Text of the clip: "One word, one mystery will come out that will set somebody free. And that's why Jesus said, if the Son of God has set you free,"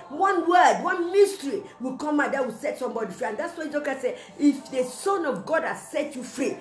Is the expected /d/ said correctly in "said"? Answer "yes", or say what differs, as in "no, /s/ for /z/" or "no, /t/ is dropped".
no, /d/ is dropped